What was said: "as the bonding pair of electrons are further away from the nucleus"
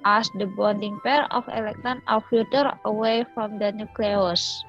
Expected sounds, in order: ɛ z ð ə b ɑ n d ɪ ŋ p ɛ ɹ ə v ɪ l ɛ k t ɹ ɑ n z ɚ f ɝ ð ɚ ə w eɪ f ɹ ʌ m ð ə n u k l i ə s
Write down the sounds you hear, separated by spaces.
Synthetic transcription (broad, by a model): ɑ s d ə b ɑ n d ɪ ŋ p ɛ ɹ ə f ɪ l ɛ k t ɑ n ɚ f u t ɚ ə w eɪ f ɹ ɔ m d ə n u k l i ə s